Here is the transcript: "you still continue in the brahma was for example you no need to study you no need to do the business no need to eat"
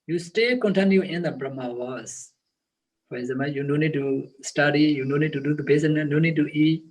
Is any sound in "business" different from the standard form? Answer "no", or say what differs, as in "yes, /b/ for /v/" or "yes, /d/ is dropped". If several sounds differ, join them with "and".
yes, /s/ is dropped